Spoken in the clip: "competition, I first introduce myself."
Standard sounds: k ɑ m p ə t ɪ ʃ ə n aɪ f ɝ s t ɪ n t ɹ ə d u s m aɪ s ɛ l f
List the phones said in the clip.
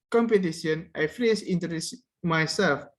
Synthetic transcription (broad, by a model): k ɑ m p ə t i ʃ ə n aɪ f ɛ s ɪ n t ə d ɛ s m aɪ s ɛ l f